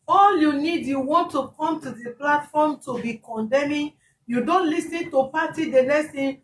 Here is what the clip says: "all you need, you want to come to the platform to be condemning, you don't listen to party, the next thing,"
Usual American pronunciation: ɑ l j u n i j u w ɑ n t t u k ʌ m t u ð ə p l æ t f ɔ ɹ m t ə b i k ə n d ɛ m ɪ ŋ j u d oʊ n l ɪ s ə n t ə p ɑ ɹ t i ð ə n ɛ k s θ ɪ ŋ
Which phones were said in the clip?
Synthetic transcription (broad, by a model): ɑ l j u n i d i w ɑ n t t u k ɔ m t u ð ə p l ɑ t f ɔ m t ə b i k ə n d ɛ m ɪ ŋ j u d oʊ n l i s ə n t ə p ɑ t i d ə l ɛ s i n